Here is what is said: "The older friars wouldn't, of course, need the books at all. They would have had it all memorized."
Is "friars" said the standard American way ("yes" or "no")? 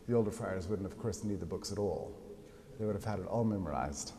yes